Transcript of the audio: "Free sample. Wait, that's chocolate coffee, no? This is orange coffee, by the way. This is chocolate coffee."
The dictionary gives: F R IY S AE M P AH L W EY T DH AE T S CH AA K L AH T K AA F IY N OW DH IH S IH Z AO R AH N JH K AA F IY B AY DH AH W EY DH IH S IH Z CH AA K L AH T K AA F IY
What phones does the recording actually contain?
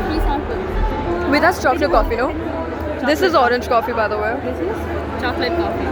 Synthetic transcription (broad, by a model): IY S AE P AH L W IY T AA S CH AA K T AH K AA F IY N OW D IH S IH Z AO R AH N JH K AA F IY B AY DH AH W EY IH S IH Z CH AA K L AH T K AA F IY